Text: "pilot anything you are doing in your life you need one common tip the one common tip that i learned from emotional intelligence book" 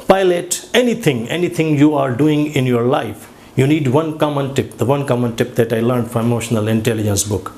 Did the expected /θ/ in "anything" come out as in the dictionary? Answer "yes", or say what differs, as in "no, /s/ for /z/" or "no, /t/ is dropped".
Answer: no, /t/ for /θ/